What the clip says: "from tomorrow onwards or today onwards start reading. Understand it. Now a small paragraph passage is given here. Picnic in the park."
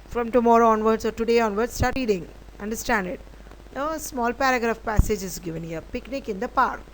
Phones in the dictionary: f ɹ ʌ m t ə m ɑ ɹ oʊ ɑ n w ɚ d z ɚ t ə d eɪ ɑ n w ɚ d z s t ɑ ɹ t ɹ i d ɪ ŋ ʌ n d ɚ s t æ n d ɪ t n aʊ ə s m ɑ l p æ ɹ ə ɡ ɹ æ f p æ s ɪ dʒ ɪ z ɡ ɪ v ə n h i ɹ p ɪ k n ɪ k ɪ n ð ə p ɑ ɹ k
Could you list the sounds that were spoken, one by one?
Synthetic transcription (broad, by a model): f ɹ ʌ m t ə m ɑ ɹ oʊ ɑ n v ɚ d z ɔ t ə d eɪ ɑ n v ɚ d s t ɑ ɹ t i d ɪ ŋ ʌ n d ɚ s t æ n d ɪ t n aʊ ə s m ɑ l p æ ɹ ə ɡ ɹ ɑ f p æ s ɪ dʒ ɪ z ɡ ɪ v ə n h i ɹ p ɪ k n ɪ k ɪ n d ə p ɑ ɹ k